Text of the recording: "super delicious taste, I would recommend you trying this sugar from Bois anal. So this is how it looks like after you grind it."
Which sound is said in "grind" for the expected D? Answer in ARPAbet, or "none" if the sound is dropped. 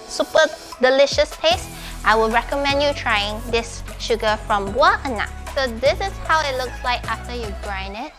none